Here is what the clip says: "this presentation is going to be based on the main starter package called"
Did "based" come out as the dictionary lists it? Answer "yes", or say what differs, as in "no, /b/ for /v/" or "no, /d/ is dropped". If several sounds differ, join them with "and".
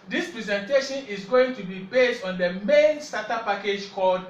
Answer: yes